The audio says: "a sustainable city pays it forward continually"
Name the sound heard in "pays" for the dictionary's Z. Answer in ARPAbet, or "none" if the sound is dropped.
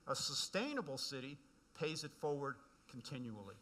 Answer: Z